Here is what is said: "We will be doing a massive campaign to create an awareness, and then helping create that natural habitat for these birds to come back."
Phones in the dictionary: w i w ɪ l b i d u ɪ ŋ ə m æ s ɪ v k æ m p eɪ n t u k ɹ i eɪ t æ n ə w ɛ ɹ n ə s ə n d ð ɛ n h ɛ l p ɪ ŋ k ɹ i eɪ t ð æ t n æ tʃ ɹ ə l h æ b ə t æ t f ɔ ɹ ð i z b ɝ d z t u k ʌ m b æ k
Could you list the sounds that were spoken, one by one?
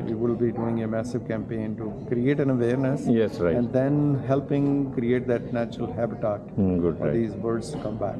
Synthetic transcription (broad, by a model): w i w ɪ l b i d u ɪ ŋ ə m æ s ɪ v k æ m p eɪ n t u k ɹ i eɪ t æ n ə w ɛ ɹ n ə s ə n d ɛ n h ɛ l p ɪ ŋ k ɹ i eɪ t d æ t n æ tʃ ɹ ə l h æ b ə t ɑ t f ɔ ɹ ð i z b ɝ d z t u k ʌ m b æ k